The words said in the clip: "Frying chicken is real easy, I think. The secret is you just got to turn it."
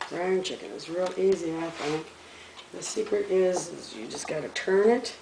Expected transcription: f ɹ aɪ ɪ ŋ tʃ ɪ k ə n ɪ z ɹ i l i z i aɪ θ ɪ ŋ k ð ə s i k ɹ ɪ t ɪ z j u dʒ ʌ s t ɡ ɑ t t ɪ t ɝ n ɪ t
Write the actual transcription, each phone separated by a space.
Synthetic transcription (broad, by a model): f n tʃ ɪ k ə n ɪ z ɹ i l i z i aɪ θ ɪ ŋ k ð ə s i k ɹ ɪ t ɪ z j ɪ dʒ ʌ s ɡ ɑ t t ɪ t ɝ n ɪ t